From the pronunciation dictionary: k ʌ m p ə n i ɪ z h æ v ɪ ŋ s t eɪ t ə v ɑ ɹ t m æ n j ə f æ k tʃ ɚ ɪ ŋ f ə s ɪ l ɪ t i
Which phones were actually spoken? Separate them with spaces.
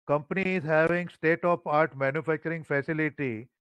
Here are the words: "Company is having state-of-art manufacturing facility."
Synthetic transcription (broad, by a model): k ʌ m p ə n i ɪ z h æ v ɪ ŋ s t eɪ t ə p ɑ ɹ t m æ n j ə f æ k tʃ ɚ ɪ ŋ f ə s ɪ l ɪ t i